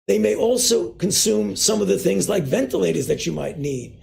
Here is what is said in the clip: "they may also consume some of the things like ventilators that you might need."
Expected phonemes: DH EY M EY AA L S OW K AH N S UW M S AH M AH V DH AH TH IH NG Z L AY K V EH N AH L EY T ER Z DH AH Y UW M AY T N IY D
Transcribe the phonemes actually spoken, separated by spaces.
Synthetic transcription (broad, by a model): DH EY M EY AA L S OW K AH N S UW M S AH M AH V DH AH TH IH NG Z L AY K V EH N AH L EY T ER Z DH AH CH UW M AY T N IY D